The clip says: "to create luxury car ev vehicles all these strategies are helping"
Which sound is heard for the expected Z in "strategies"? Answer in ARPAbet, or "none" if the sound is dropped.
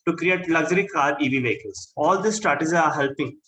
none